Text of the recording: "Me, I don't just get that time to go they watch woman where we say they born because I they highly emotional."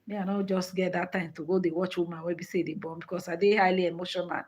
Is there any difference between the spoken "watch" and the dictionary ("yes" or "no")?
no